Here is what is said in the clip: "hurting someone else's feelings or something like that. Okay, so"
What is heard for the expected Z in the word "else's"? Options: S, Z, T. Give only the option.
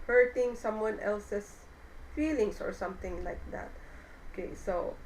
S